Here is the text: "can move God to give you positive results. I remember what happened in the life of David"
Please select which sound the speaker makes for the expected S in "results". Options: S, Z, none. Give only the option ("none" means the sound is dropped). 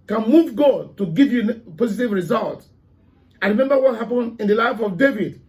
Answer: none